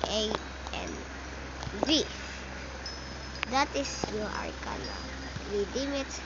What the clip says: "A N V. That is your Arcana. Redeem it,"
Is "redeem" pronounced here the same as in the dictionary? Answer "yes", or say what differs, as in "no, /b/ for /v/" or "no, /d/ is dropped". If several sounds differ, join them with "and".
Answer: no, /w/ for /ɹ/